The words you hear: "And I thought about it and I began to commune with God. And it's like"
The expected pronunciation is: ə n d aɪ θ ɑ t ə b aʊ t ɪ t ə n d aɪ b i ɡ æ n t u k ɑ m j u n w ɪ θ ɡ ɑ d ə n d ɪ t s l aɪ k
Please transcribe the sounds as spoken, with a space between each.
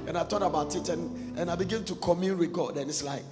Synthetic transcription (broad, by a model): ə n aɪ t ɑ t ə b aʊ t ɪ t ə n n aɪ b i ɡ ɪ n t u k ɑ m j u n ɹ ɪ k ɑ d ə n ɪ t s l aɪ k